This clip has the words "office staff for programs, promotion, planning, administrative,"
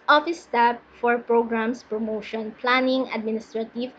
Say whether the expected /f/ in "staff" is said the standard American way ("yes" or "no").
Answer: no